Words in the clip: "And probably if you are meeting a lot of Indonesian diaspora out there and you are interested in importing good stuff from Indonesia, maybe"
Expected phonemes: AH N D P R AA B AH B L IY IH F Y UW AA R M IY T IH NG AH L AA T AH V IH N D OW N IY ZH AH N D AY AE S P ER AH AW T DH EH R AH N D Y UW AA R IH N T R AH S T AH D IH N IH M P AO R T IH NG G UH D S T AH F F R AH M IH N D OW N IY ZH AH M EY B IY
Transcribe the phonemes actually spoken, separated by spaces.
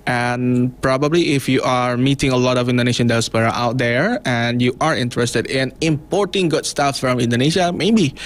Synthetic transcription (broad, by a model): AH N P R AA B AH B L IY IH F Y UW AA R M IY T IH NG AH L AA T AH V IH N D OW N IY SH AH N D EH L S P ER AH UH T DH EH R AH N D Y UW AA R IH N T R AH S T AH D IH N IH M P AO R T IH NG G UH D S T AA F F R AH M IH N D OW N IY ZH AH M EY B IY